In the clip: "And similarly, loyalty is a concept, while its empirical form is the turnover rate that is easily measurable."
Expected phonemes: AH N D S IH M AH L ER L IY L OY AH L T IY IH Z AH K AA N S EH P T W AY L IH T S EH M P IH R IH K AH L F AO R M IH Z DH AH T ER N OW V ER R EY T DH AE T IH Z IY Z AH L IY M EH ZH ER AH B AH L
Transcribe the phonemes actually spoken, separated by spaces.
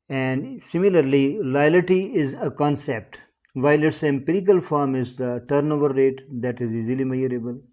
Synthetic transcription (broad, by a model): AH N D S IH M AH L ER L IY L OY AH L T IY IH Z AH K AA N S EH P T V AY L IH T S EH M P IH R IH K AH L F AO R M IH Z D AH T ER N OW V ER R EY T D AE T IH Z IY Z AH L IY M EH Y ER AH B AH L